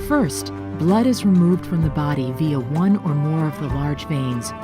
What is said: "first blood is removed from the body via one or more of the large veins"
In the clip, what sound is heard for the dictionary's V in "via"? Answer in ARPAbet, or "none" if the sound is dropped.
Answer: V